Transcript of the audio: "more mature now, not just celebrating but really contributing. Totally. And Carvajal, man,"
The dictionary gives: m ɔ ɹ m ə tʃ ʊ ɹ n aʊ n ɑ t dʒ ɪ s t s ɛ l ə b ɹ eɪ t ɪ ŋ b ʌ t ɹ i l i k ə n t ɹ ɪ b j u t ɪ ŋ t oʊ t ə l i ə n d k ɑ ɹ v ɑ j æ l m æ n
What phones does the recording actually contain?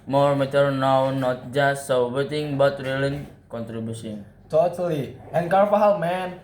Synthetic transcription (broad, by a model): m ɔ ɹ m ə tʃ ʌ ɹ n aʊ n ɑ t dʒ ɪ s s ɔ w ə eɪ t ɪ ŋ b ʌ t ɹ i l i k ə n t ɹ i b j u s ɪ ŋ t oʊ t ə l i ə n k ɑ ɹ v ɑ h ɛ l m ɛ n